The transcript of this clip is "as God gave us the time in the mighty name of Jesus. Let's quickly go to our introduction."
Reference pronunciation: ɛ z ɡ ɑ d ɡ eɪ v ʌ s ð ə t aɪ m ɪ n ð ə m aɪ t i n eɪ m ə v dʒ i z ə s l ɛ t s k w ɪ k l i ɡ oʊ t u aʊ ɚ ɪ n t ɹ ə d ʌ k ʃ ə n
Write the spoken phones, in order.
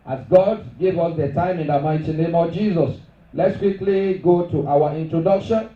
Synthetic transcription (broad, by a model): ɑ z ɡ ɑ d ɡ eɪ v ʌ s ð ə t aɪ m ɪ n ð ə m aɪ t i n eɪ m ə v dʒ i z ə s l ɛ t s k w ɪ k l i ɡ oʊ t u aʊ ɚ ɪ n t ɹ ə d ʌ k ʃ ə n